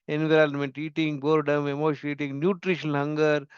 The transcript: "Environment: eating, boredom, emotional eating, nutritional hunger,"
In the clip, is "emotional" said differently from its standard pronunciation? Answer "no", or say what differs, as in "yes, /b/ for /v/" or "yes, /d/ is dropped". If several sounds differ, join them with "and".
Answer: yes, /n/ is dropped